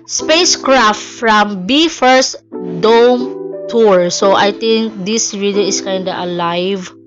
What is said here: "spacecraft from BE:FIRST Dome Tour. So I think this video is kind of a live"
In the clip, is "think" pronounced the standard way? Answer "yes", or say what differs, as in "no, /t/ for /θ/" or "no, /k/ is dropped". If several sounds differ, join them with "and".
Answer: no, /t/ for /θ/